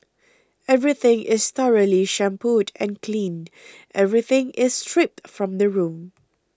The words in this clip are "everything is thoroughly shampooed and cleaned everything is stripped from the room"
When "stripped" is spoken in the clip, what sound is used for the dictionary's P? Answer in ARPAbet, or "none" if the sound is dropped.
P